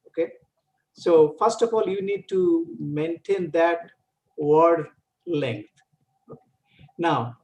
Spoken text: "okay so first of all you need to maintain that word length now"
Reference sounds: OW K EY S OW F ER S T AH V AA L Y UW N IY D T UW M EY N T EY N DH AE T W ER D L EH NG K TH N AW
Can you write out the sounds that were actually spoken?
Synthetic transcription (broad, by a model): OW K EY S OW F ER S T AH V AA L Y UW N IY D T UW M EY N T EY N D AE T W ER D L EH NG K T N AW